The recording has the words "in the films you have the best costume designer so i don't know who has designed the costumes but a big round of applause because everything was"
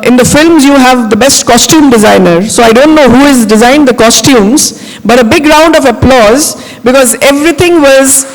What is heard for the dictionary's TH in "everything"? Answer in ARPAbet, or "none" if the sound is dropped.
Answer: T